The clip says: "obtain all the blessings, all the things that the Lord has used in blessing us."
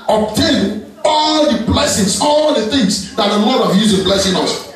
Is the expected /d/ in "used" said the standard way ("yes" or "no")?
no